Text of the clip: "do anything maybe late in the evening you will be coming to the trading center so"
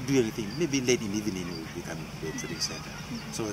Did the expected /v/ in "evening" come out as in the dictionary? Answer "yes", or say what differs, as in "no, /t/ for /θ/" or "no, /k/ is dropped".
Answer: no, /v/ is dropped